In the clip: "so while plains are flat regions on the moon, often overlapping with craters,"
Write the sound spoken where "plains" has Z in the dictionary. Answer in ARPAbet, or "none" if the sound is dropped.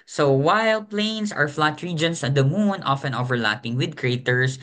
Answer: S